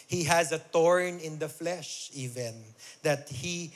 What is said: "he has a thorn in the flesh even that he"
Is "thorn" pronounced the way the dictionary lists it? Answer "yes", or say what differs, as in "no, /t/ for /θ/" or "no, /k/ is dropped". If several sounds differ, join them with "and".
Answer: no, /t/ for /θ/